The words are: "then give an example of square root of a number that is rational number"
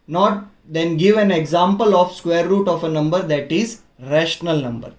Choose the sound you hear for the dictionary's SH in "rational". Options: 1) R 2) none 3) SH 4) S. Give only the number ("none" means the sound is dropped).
3